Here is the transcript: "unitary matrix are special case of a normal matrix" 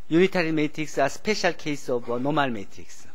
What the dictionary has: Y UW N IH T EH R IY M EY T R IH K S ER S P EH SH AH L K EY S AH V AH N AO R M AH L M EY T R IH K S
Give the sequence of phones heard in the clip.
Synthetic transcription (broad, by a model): Y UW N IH T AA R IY M EY T R IH K S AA S P EH SH AH L K EY S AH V N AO M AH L M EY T R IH K S